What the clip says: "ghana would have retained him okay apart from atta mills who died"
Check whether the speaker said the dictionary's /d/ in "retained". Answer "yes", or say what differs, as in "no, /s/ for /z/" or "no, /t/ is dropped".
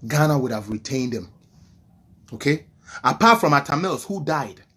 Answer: yes